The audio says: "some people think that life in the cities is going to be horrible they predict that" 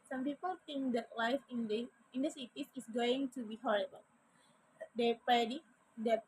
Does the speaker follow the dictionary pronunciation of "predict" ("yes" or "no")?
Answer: no